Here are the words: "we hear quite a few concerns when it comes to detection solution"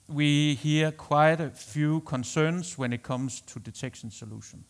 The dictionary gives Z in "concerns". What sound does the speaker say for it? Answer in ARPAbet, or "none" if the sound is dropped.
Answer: S